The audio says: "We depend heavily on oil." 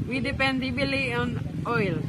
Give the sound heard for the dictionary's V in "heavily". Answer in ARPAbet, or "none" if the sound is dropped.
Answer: B